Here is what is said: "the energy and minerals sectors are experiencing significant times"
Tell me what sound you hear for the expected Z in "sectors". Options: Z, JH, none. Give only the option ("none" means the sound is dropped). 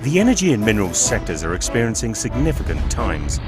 Z